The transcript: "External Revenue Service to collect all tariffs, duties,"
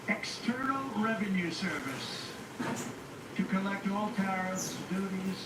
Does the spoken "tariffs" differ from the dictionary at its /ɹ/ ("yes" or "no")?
yes